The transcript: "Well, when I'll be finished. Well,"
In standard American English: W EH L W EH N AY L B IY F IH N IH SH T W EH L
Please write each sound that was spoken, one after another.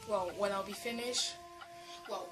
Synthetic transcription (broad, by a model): W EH L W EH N AY L B IY F IH N IH SH T W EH L